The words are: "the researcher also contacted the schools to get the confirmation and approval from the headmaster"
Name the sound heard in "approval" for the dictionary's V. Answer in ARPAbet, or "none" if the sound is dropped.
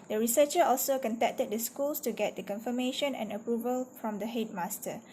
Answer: V